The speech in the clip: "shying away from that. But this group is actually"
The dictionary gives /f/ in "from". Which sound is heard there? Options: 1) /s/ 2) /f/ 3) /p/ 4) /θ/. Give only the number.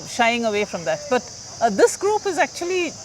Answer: 2